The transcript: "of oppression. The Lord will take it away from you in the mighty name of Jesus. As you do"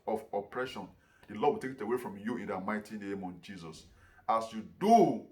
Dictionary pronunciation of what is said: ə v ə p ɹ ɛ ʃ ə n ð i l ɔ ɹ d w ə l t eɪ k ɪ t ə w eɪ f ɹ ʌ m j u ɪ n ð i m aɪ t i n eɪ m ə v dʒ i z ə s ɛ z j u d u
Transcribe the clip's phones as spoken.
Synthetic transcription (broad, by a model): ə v ə p ɹ ɛ ʃ ə n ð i l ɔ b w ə t eɪ k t ə w eɪ f ɹ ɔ m j u ɪ n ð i m aɪ t i n eɪ m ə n dʒ i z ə s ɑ s j u d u